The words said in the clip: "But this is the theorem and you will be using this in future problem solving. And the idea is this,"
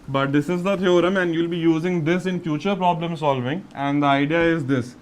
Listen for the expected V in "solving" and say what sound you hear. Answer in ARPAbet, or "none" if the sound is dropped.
V